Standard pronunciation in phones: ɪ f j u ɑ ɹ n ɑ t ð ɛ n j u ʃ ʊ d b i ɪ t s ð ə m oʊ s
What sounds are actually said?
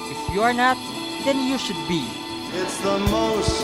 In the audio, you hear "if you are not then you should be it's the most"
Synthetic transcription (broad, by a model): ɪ f j u ɑ ɹ n ɑ t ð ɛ n j u ʃ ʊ d b i ɪ t s ð ə m oʊ s